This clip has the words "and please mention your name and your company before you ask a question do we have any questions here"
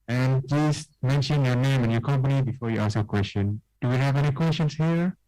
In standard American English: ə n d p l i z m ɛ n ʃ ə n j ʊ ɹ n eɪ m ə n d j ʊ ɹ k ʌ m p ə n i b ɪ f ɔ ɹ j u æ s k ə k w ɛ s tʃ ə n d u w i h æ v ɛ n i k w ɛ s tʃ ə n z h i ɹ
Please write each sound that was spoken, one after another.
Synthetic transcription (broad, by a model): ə n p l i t m ɛ n ʃ ə n j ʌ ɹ n eɪ m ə n j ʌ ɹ k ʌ m p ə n i b ɪ f ɔ ɹ j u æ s ə k w ɛ s tʃ ə n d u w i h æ v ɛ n i k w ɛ s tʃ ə n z h i ɹ